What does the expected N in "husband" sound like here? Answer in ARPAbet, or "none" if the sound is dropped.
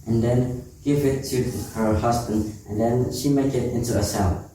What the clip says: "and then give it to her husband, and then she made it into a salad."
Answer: N